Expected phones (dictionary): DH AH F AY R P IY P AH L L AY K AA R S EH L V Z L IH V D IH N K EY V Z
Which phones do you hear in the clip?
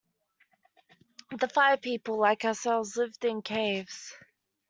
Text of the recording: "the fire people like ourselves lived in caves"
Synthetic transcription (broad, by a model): DH AH F AY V P IY P AH L L AY K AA S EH L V Z L IH V D IH N K EY V Z